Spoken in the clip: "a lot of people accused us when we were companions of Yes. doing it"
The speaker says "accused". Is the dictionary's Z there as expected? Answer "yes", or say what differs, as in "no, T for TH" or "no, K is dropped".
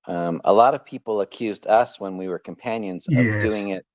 yes